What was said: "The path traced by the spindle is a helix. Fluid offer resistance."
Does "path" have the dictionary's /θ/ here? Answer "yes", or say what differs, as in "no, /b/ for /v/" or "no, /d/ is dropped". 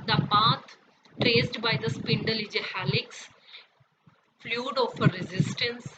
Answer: no, /t/ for /θ/